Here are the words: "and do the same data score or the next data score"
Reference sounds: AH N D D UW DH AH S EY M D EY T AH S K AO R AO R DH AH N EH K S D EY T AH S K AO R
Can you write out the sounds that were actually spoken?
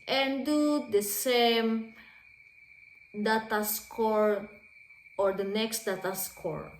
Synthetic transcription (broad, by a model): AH N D D UW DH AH S EY M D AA T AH S K AO R AO R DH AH N EH K S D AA T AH S K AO R